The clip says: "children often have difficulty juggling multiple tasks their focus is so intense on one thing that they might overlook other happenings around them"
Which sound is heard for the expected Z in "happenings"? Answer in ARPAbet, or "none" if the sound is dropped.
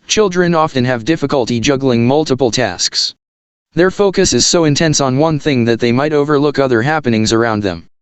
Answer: Z